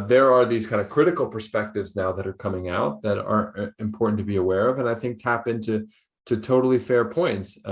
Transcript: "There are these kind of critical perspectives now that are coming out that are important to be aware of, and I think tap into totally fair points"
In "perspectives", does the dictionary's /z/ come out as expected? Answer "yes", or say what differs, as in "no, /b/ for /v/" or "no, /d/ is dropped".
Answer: yes